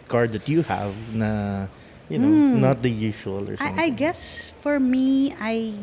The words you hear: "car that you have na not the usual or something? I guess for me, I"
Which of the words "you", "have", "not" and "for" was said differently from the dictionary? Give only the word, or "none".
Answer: none